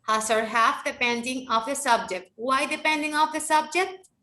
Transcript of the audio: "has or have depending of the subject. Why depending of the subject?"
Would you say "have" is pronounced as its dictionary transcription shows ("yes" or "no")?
no